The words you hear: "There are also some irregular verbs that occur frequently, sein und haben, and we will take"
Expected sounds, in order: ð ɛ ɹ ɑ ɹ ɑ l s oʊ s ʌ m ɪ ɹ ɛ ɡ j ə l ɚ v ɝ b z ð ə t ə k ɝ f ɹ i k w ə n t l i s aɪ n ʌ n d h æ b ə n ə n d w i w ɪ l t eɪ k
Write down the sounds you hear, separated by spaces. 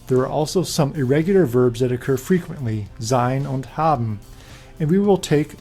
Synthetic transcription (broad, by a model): ð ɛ ɹ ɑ ɹ ɑ l s oʊ s ʌ m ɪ ɹ ɛ ɡ j l ɚ v ɝ b z ð ə t ə k ɝ f ɹ i k w ə n t l i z aɪ n ʌ n d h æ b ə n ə n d w i w ɪ l t eɪ k